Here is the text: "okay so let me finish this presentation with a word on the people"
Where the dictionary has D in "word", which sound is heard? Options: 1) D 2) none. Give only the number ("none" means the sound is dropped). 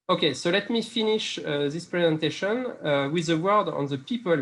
1